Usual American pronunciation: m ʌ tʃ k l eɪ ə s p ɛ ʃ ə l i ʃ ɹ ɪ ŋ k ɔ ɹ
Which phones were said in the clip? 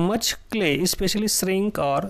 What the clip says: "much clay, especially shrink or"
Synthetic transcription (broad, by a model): m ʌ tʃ k l eɪ ə s p ɛ ʃ ə l i s ɹ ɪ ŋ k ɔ ɹ